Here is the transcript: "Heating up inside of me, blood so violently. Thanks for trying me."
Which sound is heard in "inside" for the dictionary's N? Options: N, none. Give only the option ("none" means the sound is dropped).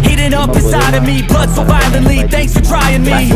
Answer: none